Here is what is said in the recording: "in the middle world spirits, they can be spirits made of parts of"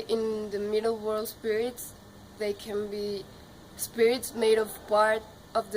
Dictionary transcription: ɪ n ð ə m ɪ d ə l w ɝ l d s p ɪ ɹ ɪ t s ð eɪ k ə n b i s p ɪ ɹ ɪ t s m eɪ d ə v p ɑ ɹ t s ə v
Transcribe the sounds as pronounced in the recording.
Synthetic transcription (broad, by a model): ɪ n ð ə m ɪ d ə l w ɝ l d s p ɪ ɹ ɪ t s ð eɪ k ə n b i s p ɪ ɹ ɪ t s m eɪ d ə v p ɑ ɹ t ə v